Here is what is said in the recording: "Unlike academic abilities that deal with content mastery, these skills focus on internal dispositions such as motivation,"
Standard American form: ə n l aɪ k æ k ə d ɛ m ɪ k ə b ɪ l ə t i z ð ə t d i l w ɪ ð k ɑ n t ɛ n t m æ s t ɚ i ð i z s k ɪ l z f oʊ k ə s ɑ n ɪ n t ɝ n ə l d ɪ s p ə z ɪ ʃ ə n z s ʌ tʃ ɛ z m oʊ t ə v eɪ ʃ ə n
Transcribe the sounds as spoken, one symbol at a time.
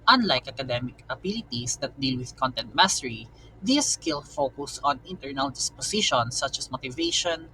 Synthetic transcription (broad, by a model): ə n l aɪ k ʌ k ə d ɛ m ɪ k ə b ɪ l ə t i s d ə t d i l w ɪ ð k ɑ n t ɛ n t m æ s t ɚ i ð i s k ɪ l f oʊ k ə s ɑ n ɪ n t ɝ n ə l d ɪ s p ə s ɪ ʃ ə n s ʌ tʃ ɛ s m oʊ t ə v eɪ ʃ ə n